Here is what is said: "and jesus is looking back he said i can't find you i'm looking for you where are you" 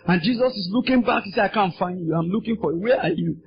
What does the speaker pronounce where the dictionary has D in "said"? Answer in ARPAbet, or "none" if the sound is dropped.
none